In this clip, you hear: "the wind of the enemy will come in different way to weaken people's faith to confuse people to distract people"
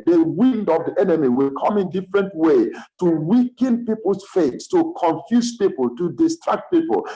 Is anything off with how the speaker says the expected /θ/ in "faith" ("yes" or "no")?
yes